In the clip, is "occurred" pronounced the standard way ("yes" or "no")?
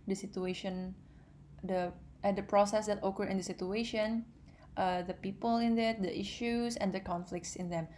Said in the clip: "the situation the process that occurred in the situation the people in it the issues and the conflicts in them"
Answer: no